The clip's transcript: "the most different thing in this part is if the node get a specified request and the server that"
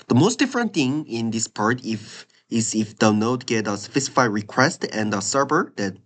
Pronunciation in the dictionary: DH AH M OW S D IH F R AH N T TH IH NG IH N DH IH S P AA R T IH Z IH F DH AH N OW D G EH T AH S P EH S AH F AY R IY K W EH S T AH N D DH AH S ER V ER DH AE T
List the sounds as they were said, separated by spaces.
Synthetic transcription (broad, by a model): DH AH M OW S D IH F R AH N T TH IH NG IH N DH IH S P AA R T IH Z IH F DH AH N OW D G EH T AH S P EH S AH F AY R IY K W EH S T AH N D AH S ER B ER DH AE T